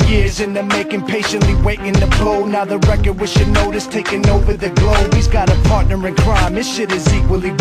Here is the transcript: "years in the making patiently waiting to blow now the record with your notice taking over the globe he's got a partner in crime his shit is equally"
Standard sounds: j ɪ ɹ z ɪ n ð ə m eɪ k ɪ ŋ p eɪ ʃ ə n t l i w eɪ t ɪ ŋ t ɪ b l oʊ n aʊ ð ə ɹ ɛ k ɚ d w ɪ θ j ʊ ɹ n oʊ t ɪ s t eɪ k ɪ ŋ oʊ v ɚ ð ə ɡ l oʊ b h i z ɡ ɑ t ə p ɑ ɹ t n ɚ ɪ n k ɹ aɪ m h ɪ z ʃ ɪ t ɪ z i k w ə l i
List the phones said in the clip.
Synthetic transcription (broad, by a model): j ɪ ɹ z ɪ n ð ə m eɪ k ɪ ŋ p eɪ ʃ ə n t l i w eɪ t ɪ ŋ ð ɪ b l oʊ n aʊ ð ə ɹ ɛ k ɚ d w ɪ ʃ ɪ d n oʊ t ɪ s t eɪ k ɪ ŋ oʊ v ɚ ð ə ɡ l oʊ b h i z ɡ ɑ t ə p ɑ ɹ t n ɚ ɪ n k ɹ aɪ m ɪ ʃ ɪ t ɪ z i k w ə l i